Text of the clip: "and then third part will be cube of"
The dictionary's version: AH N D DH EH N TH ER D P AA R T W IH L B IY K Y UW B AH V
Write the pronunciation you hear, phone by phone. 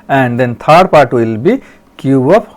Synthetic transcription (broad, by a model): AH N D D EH N T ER D P AA R T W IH L B IY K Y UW AH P